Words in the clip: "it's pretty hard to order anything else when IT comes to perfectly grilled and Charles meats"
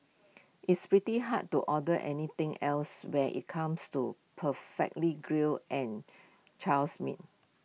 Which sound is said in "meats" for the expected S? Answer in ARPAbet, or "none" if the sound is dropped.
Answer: none